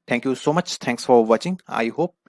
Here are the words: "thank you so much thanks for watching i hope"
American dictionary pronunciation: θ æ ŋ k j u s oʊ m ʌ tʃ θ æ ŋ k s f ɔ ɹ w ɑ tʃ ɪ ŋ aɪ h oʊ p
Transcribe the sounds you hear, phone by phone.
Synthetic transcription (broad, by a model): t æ ŋ k j u s oʊ m ʌ tʃ t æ ŋ k s f ɔ ɹ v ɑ tʃ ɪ ŋ aɪ h oʊ p